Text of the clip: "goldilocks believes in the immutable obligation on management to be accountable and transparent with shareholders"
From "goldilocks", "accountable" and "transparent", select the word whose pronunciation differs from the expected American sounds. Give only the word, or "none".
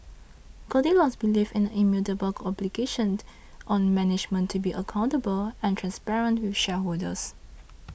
goldilocks